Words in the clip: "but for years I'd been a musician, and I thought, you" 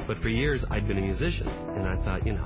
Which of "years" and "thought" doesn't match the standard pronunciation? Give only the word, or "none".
none